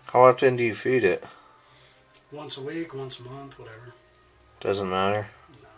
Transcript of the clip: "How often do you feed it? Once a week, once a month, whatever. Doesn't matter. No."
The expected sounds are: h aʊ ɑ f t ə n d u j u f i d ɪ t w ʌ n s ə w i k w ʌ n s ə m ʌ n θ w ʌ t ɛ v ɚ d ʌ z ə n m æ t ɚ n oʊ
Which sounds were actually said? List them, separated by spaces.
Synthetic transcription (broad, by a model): h aʊ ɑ f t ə n d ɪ j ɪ f i d ɪ t w ʌ n s ə w i k w ʌ n s ə m ʌ n θ w ʌ t ɛ v ɚ d ʌ z ə n m æ t ɚ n